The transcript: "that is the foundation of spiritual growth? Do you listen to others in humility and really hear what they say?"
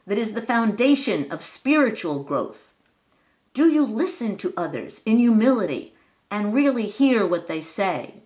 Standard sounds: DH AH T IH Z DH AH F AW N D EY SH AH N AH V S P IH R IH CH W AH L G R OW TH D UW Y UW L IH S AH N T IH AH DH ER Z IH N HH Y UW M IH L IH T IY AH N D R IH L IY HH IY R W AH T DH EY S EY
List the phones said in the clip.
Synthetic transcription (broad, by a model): DH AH T IH Z DH AH F AW N D EY SH AH N AH V S P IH R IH CH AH L G R OW TH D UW Y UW L IH S AH N T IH AH DH ER Z IH N Y UW M IH L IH T IY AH N R IH L IY HH IY R W AH T DH EY S EY